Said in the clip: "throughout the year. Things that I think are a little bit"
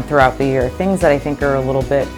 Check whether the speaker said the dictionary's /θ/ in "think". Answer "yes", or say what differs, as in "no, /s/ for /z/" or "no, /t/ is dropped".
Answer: yes